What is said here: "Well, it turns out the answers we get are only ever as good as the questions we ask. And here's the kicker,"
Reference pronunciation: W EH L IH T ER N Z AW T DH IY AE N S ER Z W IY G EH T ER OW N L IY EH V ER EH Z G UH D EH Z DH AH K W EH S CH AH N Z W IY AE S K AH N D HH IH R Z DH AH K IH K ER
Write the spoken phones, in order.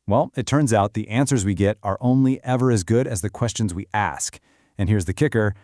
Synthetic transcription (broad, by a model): W EH L IH T ER N Z AW T DH IY AE N S ER Z W IY G EH T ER OW N L IY EH V ER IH Z G UH D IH Z DH AH K W EH S CH AH N Z W IY AE S K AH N HH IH R Z DH AH K IH K ER